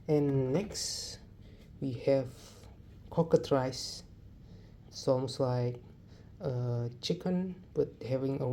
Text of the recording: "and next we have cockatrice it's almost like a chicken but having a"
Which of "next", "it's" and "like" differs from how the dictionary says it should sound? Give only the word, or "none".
it's